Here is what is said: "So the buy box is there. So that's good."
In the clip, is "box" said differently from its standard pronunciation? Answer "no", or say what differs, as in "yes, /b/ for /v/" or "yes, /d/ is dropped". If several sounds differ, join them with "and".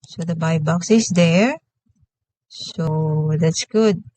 no